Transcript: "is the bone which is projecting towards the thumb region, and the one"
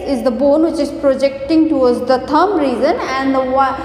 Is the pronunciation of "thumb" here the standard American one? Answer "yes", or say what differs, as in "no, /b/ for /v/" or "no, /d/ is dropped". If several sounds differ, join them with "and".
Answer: no, /t/ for /θ/